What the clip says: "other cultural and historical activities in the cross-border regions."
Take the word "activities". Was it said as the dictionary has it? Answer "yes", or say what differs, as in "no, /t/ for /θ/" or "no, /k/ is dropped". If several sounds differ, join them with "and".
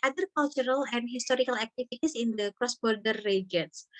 no, /s/ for /z/